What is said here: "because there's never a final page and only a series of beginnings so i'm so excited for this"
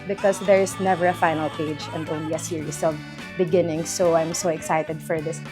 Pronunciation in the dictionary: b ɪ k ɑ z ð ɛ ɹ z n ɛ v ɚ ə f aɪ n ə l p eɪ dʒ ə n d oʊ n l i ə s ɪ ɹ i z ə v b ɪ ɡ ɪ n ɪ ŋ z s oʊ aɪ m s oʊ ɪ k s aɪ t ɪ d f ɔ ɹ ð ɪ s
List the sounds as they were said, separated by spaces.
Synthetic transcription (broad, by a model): b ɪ k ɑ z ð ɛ ɹ s n ɛ v ɚ ə f aɪ n ə l p eɪ dʒ ə n d oʊ n l i ə s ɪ ɹ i s ə v b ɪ ɡ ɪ n ɪ ŋ s oʊ aɪ m s oʊ ɪ k s aɪ t ɪ d f ɔ ɹ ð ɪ s